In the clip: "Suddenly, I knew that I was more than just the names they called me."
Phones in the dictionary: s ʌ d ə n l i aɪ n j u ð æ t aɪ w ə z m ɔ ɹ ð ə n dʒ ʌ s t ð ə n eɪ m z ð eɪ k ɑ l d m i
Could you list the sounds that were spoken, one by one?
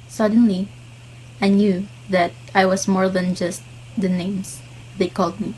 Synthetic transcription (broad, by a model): s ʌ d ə n l i aɪ n j u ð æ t aɪ w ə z m ɔ ɹ ð ə n dʒ ʌ s t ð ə n eɪ m s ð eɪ k ɑ l d m i